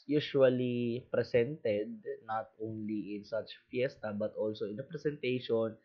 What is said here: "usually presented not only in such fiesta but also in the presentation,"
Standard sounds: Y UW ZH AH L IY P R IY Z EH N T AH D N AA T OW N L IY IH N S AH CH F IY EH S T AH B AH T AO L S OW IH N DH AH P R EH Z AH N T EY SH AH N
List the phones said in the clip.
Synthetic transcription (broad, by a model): Y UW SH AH L IY P R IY S EH N T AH D N AA T OW N L IY IH N S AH CH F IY EH S T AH B AH T AO L S OW IH N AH P R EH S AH N T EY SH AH N